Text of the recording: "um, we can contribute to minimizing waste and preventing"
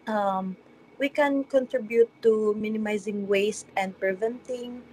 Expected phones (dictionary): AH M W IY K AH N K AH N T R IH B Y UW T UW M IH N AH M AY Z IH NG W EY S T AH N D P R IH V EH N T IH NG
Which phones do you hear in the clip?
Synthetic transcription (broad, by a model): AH M W IY K AH N K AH N T R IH B Y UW T UW M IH N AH M AY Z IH NG W EY S T AH N D P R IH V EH N T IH NG